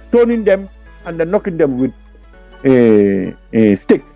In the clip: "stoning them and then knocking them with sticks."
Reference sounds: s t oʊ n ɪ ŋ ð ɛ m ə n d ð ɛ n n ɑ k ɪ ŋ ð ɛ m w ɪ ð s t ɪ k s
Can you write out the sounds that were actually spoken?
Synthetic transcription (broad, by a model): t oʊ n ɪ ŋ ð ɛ m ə n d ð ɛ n n ɑ k ɪ ŋ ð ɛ m w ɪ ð s t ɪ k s